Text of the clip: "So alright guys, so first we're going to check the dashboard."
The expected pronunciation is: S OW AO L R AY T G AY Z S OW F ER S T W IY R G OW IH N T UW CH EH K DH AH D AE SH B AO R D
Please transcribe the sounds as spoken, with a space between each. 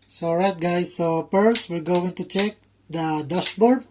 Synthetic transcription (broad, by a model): S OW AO R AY T G AY S OW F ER S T W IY L G OW IH N T UW CH EH K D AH D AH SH B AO R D